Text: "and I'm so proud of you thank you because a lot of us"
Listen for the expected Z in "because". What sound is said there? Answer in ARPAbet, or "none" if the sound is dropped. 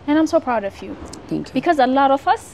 Z